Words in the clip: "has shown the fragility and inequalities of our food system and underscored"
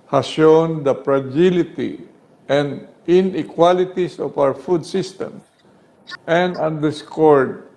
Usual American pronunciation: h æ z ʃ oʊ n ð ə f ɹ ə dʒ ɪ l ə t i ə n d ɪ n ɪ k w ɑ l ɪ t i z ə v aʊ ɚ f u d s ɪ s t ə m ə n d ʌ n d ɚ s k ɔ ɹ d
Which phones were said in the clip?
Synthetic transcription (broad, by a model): h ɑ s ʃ oʊ n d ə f ɹ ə dʒ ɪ l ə t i ə n d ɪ n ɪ k w ɑ l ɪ t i s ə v aʊ ɚ f u d s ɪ s t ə m ə n d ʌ n d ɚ s k ɔ ɹ d